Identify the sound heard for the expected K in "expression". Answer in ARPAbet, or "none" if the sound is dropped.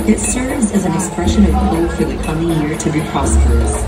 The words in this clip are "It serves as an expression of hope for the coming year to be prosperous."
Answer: K